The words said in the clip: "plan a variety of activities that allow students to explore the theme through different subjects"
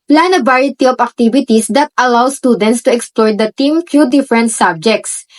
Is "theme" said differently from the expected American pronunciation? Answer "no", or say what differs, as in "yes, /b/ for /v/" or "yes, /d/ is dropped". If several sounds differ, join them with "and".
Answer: yes, /t/ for /θ/